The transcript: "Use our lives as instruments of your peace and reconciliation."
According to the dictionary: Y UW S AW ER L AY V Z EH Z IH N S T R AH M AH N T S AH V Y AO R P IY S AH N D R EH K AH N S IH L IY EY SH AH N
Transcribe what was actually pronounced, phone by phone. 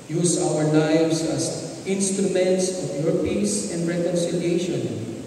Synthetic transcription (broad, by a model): Y UW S AW ER L AY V S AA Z IH N S T R AH M AH N T S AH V Y AO R P IY S AH N D R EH K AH N S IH L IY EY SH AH N